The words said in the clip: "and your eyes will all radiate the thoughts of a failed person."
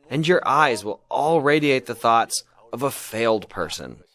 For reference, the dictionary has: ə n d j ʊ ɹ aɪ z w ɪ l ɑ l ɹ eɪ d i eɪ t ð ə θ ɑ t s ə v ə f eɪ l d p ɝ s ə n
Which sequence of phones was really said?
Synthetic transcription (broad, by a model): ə n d j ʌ ɹ aɪ z w ɪ l ɑ l ɹ eɪ d i eɪ t ð ə θ ɑ t s ə v ə f eɪ l d p ɝ s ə n